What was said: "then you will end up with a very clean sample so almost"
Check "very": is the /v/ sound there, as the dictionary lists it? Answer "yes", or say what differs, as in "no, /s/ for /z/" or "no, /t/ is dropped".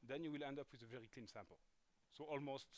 yes